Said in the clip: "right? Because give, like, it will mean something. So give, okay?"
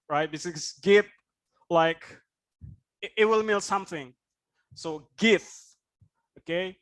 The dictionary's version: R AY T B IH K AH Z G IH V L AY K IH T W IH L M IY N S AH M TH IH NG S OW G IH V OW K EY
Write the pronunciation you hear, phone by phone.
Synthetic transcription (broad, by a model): R AY T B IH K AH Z G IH P L AY K IH T W IH L M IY L S AH M TH IH NG S OW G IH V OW K EY